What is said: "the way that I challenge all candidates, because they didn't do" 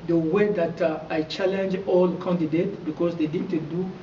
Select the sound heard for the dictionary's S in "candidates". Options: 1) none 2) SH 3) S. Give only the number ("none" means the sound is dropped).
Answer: 1